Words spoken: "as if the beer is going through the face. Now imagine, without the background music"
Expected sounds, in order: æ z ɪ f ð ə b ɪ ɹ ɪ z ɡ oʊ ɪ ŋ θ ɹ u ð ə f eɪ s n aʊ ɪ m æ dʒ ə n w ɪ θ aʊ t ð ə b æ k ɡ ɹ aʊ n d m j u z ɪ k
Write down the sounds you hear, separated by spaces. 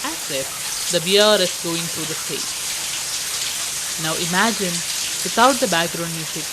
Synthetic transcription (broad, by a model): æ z ɪ f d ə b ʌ ɹ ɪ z ɡ oʊ ɪ ŋ t ɹ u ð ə p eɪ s n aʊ ɪ m æ dʒ ə n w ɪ t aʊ t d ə b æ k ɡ ɹ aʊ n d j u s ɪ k